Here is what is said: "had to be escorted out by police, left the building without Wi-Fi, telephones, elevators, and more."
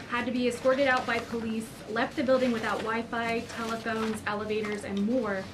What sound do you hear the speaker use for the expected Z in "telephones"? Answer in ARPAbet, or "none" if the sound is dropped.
Z